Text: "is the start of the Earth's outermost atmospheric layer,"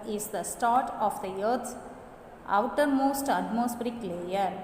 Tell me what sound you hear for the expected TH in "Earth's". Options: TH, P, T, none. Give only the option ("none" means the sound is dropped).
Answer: T